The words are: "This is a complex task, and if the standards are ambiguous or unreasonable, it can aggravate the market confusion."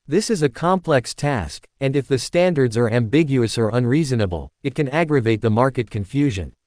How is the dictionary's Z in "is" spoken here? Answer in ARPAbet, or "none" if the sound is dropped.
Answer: Z